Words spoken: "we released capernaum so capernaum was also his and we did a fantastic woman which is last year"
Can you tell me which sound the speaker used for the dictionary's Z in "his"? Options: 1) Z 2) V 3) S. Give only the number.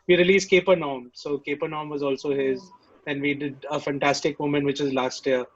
1